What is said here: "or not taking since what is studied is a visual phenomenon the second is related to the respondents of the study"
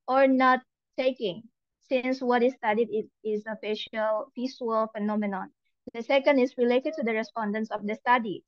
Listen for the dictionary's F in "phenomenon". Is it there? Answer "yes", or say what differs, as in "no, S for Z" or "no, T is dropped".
yes